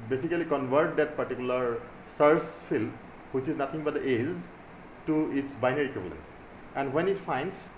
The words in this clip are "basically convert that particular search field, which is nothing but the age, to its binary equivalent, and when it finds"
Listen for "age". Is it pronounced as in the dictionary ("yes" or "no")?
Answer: no